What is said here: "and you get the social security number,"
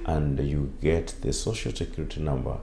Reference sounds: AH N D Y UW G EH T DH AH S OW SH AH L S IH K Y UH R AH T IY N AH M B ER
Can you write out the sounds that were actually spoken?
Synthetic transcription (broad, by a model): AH N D Y UW G EH T DH AH S OW SH AH L S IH K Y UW R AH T IY N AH M B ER